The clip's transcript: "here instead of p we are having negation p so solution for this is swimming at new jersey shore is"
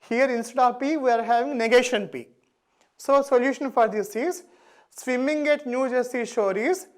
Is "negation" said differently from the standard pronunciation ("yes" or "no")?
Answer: no